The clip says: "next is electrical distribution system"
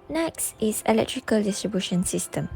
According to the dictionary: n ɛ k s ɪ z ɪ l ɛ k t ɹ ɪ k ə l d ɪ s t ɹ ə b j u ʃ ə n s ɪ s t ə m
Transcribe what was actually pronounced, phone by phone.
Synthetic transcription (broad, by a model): n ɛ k s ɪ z ɪ l ɛ k t ɹ ɪ k ə l d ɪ s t ɹ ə b j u ʃ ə n s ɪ s t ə m